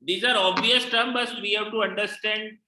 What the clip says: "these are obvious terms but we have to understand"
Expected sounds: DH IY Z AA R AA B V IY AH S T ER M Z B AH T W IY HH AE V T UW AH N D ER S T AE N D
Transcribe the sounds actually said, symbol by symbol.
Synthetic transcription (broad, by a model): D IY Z AA R AA B V IY AH S T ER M B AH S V IY HH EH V T UW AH N D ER S T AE N D